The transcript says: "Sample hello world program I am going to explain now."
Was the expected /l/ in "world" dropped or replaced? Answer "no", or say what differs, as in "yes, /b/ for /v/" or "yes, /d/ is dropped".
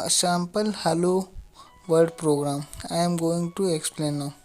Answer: yes, /l/ is dropped